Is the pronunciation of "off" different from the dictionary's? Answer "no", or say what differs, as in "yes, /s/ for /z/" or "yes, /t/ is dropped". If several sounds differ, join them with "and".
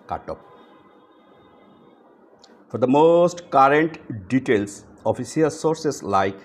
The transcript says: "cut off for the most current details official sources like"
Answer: yes, /p/ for /f/